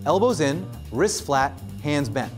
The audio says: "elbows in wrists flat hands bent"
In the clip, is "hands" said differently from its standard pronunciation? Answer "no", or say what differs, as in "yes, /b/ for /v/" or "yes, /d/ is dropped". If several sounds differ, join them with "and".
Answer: no